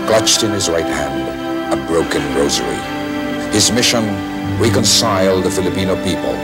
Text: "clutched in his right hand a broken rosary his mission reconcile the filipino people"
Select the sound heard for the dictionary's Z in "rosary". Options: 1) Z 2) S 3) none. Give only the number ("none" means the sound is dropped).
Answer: 1